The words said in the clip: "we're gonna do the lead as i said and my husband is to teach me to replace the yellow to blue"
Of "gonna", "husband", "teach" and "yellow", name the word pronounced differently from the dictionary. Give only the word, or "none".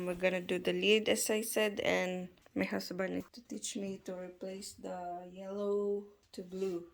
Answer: husband